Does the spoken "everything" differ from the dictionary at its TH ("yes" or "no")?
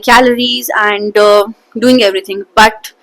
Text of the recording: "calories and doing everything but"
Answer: yes